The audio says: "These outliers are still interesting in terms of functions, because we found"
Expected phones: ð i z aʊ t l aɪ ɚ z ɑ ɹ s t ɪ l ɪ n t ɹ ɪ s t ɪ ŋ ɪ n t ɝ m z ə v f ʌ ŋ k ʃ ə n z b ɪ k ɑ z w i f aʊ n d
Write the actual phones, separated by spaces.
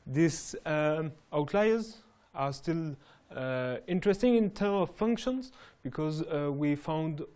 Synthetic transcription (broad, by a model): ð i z aʊ t l aɪ ɚ z ɑ ɹ s t ɪ l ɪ n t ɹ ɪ s t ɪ ŋ ɪ n t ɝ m ə v f ʌ ŋ k ʃ ə n z b ɪ k ɑ z w i f aʊ n d